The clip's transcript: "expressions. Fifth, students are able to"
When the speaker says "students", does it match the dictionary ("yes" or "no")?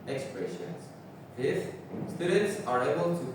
no